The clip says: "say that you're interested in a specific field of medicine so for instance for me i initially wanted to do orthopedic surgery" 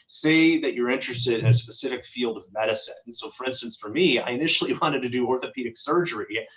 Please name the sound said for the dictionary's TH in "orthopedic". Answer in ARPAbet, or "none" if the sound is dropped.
TH